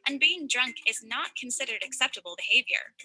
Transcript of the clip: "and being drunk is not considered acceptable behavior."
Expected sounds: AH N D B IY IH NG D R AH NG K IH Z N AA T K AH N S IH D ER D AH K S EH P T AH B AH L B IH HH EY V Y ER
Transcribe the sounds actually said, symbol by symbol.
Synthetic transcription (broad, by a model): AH N B IY IH NG D R AH NG K IH Z N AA T K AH N S IH D ER D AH K S EH P T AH B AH L B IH HH EY V Y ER